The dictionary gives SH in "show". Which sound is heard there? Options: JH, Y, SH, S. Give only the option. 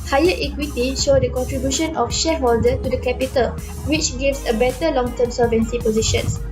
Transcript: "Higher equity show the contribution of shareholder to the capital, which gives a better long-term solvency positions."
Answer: SH